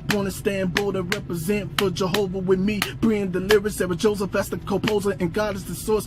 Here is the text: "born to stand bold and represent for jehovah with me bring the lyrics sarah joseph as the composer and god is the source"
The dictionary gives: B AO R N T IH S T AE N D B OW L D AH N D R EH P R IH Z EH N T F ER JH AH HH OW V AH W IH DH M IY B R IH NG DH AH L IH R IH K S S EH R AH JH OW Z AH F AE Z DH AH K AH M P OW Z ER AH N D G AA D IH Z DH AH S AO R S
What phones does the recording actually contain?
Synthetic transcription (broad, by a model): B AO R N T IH S T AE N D B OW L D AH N R EH P R IH Z EH N T F ER JH AH HH OW V AH W IH DH M IY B R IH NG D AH L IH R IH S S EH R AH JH OW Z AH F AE S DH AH K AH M P OW Z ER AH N G AA D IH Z DH AH S AO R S